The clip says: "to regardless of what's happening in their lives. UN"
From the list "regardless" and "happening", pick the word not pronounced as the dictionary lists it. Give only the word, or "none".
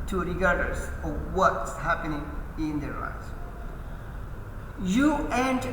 regardless